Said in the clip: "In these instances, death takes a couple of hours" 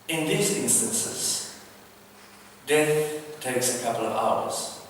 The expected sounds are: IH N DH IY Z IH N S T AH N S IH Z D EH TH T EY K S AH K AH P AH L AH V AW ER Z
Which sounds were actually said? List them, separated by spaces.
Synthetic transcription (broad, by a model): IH N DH IY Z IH N S T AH N S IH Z D EH TH T EY K S AH K AH P AH L AH V AW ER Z